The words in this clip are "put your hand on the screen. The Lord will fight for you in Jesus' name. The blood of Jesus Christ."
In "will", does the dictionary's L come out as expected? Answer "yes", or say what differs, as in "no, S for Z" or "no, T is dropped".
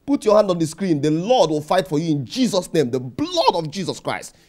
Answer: yes